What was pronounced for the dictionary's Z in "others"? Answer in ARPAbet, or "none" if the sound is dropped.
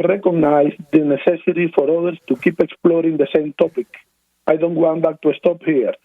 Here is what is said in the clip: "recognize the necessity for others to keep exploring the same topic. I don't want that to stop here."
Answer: S